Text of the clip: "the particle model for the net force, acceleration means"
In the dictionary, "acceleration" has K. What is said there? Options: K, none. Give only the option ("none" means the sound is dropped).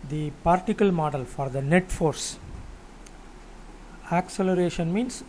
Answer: K